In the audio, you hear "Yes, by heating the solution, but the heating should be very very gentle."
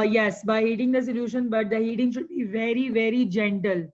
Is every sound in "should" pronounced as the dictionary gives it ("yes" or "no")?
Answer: yes